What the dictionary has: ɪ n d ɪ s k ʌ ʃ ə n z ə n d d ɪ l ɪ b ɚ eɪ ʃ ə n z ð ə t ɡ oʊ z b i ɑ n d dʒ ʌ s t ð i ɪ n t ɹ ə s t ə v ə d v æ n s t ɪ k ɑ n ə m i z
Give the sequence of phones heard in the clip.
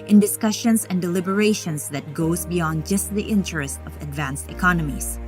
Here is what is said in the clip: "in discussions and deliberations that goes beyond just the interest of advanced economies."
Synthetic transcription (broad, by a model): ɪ n d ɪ s k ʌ ʃ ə n s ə n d d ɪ l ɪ b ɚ eɪ ʃ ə n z ð ə t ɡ oʊ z b i ɑ n d dʒ ʌ s t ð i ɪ n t ɹ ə s t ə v ə d v æ n s t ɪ k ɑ n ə m i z